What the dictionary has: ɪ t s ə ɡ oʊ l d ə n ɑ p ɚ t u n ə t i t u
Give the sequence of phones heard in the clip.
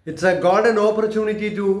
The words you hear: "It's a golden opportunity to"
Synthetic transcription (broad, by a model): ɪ t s ə ɡ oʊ d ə n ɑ p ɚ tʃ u n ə t i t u